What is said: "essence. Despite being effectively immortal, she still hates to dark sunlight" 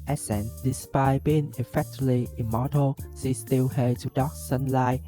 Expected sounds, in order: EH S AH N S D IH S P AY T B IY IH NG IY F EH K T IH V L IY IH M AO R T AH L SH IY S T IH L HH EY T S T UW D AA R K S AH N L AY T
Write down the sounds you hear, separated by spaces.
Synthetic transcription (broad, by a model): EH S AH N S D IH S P AY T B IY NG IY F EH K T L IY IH M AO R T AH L S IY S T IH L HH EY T T UW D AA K S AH N L AY